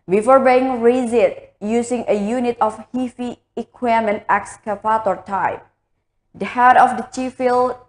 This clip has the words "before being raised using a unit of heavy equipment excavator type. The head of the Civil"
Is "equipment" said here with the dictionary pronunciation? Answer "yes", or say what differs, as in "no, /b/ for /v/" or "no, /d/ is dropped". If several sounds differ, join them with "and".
no, /p/ is dropped